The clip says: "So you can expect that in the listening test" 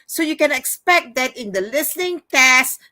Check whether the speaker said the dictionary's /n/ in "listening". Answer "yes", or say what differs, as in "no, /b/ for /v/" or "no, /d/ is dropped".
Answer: yes